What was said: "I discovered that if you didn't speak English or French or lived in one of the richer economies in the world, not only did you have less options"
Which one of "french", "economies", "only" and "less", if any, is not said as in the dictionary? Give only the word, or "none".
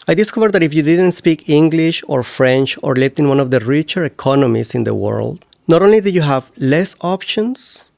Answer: economies